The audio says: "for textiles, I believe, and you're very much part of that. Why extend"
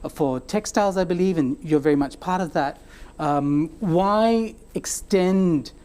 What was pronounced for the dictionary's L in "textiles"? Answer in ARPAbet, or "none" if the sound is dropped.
L